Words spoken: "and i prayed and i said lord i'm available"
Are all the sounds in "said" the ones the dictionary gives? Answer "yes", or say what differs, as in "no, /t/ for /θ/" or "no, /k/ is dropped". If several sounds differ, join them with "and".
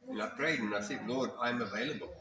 no, /θ/ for /s/